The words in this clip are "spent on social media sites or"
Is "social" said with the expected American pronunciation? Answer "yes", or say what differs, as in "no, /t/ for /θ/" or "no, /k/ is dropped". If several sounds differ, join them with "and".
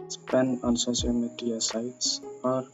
no, /s/ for /ʃ/